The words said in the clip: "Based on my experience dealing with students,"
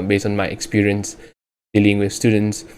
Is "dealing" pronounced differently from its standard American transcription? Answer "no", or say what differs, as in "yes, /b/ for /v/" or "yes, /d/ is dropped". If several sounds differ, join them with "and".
no